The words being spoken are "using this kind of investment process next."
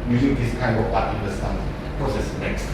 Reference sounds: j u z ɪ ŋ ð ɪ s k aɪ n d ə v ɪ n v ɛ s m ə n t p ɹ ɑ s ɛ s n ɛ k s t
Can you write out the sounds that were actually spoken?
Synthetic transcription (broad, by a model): j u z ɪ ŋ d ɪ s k aɪ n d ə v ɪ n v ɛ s ə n p ɹ ɑ s ɛ s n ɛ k s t